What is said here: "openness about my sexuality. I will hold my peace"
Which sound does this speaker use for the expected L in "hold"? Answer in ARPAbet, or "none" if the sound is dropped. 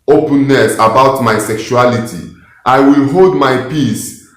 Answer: L